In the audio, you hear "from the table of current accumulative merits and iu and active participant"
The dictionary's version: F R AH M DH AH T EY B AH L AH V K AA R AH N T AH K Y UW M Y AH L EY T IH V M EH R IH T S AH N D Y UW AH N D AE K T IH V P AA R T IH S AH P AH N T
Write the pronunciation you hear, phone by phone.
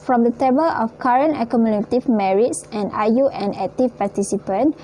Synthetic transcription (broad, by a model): F R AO M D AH T EY B AH L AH F K AA R AH N T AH K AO M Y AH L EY T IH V M EH R IH T S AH N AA Y UW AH N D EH K T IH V P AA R T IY S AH P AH N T